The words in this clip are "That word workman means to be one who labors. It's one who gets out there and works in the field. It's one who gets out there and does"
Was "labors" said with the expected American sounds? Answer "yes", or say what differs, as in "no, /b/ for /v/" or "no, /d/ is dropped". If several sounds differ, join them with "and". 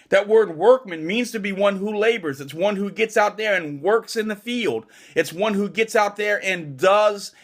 yes